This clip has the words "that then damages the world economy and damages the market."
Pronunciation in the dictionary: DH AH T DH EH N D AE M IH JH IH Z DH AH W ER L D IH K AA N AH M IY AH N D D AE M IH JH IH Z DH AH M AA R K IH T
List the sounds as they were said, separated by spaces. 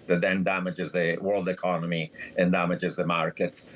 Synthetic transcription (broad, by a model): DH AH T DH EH N D AE M IH JH IH Z DH AH W ER L D IH K AA N AH M IY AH N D D AE M IH JH IH Z DH AH M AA R K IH T